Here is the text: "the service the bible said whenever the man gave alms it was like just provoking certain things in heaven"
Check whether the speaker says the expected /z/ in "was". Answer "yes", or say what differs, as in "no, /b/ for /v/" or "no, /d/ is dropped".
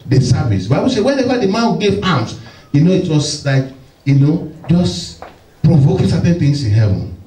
no, /s/ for /z/